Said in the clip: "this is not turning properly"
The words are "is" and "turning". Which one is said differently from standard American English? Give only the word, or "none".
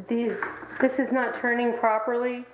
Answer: none